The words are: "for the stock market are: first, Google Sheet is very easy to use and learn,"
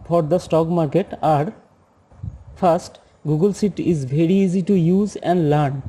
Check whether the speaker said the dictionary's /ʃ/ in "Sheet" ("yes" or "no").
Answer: no